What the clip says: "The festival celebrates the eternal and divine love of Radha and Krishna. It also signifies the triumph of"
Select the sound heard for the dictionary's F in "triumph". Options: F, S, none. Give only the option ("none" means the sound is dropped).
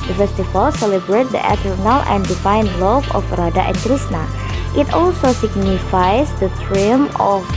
none